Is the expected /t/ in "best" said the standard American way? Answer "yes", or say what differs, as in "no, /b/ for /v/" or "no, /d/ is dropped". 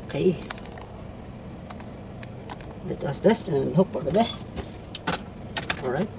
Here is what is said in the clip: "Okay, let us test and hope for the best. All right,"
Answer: yes